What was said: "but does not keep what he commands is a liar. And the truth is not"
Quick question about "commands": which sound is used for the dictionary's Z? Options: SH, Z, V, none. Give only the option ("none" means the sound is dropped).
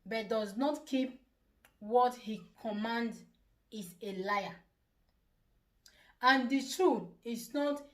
none